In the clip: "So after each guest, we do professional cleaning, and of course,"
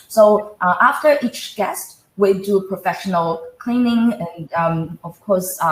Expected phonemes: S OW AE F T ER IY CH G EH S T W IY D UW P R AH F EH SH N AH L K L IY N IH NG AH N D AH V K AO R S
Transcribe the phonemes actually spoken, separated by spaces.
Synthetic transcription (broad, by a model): S OW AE F T ER IY CH G EH S T W IY D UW P R AH F EH SH N AH L K L IY N IH NG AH N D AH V K AO R S